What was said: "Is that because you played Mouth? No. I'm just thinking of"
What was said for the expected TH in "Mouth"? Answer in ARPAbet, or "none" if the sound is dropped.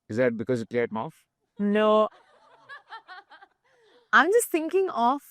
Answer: F